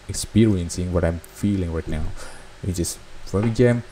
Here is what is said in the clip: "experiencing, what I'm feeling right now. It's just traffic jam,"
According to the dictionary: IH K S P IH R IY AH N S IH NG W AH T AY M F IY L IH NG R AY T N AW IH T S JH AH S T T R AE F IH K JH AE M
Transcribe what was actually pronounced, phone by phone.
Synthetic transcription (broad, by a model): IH K S P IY R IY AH N S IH NG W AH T AY M F IY L IH NG R AY T N AW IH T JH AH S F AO IH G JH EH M